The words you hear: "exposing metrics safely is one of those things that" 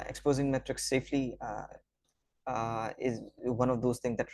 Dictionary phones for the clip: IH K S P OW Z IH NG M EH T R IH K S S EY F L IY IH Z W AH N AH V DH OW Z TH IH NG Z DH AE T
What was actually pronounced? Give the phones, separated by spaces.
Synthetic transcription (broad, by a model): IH K S P OW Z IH NG M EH T R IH K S S EY F L IY IH Z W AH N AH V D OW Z T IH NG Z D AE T